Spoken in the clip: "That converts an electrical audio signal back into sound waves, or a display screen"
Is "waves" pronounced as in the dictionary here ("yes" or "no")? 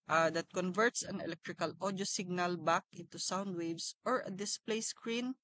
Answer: no